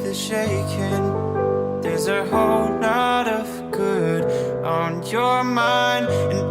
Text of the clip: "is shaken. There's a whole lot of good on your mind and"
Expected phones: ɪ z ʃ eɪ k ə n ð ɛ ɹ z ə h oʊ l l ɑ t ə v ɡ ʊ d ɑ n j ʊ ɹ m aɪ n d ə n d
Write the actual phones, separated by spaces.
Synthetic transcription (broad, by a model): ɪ ʃ eɪ k ə n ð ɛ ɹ z ə h oʊ l n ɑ t ə v ɡ ʊ d n j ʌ ɹ m aɪ n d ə n